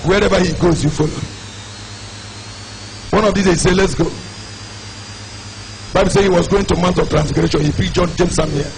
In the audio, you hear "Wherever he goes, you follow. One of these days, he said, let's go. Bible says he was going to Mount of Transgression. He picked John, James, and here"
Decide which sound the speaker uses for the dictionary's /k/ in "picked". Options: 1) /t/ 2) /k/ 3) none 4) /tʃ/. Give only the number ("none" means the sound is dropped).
3